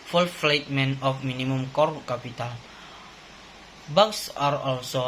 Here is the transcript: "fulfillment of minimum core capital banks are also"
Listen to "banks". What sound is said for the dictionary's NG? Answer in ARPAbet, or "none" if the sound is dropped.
none